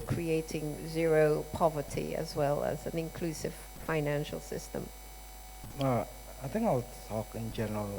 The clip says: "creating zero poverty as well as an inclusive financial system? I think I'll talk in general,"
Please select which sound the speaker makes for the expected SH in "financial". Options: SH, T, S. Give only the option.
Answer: SH